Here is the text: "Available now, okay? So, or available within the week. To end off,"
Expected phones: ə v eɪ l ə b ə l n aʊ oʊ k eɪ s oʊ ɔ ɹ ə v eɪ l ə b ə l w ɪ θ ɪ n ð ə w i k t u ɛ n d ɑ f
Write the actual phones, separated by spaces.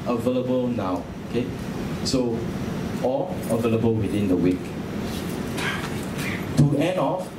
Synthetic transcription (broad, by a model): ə v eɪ l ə b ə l n aʊ oʊ k eɪ s oʊ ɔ l ə v eɪ l ə b ə l w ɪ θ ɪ n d ə w i k t u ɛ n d ɑ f